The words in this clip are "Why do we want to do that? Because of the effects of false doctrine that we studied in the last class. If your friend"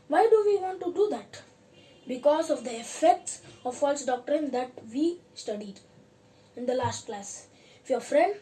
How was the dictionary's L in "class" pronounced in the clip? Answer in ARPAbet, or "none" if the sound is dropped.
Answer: L